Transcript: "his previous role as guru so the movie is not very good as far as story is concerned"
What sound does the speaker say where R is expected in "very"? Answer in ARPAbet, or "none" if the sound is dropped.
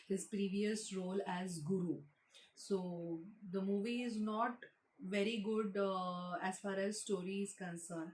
R